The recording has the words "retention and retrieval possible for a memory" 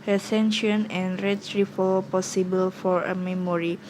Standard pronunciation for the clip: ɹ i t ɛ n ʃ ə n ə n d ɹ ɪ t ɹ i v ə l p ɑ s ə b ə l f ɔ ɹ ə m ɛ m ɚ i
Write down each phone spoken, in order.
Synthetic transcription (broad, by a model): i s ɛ n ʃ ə n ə n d ɹ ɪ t ɹ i f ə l p ɑ s ə b ə l f ɔ ɹ ə m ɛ m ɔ i